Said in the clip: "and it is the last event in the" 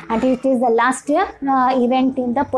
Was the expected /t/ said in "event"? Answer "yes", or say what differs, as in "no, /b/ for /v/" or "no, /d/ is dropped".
yes